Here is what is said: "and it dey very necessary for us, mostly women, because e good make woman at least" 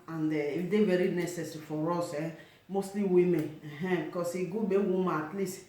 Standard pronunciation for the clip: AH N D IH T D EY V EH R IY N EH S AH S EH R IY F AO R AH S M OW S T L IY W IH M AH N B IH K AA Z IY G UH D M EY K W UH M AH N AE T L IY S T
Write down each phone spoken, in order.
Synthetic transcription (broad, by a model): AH N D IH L D EY V EH R IY N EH S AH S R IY F AO R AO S M OW S T L IY W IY M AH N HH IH K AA S IY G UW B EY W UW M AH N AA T L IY S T